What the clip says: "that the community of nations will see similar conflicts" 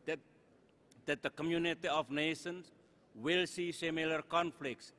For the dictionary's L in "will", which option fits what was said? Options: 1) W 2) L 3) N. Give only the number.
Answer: 2